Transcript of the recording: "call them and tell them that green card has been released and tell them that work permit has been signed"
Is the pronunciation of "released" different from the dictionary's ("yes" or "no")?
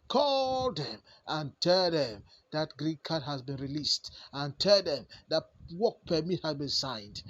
no